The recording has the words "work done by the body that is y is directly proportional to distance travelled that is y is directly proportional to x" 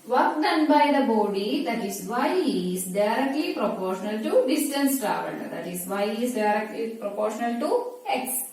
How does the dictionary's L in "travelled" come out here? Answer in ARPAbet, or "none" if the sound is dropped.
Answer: N